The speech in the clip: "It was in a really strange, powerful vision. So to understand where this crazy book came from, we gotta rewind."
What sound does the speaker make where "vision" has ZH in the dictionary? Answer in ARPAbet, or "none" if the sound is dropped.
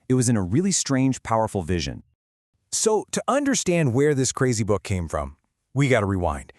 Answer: ZH